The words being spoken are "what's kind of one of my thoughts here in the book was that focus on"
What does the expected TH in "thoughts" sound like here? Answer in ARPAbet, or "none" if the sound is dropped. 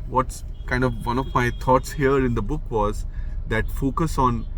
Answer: T